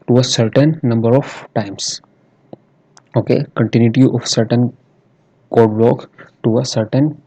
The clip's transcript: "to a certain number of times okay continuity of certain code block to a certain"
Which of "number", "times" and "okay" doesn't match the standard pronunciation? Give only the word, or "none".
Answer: times